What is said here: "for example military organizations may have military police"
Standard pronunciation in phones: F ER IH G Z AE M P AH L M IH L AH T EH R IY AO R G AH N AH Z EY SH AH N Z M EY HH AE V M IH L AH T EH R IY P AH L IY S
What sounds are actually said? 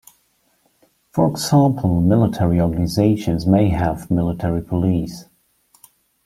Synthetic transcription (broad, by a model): F ER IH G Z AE M P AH L M IH L AH T EH R IY AO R G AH N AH Z EY SH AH N Z M EY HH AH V M IH L AH T EH R IY P AH L IY S